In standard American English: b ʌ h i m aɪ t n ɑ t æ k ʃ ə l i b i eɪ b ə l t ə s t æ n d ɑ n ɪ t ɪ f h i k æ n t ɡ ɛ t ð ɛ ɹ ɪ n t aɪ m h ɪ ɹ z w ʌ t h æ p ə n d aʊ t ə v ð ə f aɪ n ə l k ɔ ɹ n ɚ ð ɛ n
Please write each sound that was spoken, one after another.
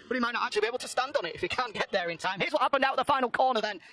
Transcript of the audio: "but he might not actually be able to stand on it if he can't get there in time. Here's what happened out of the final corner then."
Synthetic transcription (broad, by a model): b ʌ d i m aɪ t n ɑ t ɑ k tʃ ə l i b i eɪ ə l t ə s t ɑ n d n ɪ t ɪ f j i k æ n ɡ ɛ t ð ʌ ɹ ɪ n t aɪ m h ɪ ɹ z w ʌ t h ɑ p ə n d aʊ t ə ð ə f aɪ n l k ɔ ɹ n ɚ ð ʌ n